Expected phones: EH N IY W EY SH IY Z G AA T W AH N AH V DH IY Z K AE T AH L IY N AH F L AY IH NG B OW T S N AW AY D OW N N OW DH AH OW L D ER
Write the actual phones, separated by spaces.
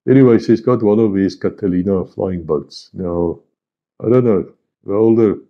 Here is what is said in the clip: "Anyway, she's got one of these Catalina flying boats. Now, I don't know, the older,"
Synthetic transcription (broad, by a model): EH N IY W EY S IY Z G AA T W AH N AH V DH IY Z K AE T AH L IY N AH F L AY IH NG B OW T S N AW AY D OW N N OW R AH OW L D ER